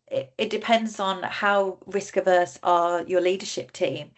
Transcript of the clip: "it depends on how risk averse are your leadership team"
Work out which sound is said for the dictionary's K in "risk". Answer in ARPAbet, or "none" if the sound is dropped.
K